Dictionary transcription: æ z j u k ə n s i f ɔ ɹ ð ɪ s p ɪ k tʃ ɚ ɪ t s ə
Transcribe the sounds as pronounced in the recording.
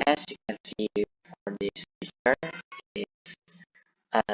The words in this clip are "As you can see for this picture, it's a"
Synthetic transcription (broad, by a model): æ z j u k ə n s i f ɔ ɹ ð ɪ s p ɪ tʃ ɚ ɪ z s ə